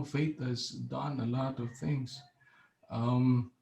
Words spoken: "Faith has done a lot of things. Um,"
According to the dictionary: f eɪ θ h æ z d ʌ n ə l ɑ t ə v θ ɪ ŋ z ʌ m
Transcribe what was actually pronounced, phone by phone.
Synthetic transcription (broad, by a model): f eɪ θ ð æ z d ʌ n ə l ɑ t ə v θ ɪ ŋ z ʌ m